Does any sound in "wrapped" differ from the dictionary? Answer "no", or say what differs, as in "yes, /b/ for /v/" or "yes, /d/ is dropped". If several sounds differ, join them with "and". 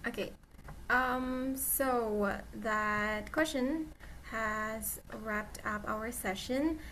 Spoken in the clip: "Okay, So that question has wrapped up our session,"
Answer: no